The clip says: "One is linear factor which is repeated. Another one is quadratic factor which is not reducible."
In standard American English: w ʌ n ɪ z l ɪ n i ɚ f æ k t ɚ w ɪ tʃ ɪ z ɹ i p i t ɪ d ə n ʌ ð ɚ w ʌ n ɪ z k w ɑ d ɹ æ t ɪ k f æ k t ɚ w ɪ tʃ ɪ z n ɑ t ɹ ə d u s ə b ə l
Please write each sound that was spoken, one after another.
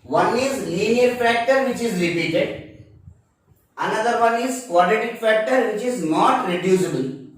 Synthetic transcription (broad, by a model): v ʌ n ɪ z l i n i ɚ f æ k t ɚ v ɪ tʃ ɪ z l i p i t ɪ d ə n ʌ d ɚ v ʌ n ɪ z k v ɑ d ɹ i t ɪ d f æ k t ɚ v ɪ tʃ ɪ z n ɑ t ɹ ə d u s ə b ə l